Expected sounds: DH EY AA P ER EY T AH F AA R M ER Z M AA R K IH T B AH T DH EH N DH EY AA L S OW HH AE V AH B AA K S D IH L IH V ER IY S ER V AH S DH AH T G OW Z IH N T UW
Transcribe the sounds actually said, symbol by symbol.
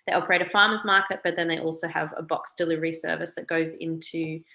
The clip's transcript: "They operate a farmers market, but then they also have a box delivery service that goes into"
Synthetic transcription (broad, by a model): DH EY AA P ER EY T AH F AA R M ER Z M AA R K IH T B AH T DH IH N DH EY AA L S OW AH V AH B AA K S D IH L IH V ER IY S ER V AH S DH AH T G OW Z IH N T UW